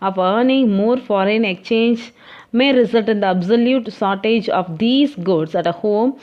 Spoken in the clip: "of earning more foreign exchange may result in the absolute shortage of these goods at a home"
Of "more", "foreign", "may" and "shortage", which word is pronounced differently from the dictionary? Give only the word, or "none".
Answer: shortage